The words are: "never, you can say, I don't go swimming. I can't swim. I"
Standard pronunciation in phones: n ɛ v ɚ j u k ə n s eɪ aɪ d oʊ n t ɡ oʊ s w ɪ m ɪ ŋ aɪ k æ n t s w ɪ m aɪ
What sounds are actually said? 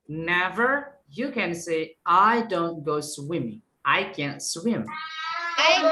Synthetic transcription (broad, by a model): n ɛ v ɚ j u k ə n s eɪ aɪ d oʊ n t ɡ oʊ s w ɪ m ɪ ŋ aɪ k æ n t s w ɪ m